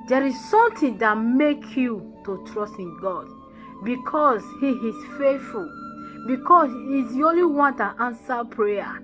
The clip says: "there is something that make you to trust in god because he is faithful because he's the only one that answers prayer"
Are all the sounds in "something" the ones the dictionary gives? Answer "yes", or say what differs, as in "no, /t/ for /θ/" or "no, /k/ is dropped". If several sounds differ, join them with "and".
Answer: no, /t/ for /θ/